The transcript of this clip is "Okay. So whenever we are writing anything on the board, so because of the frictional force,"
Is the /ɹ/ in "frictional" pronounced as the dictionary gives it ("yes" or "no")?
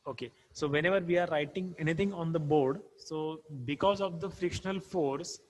yes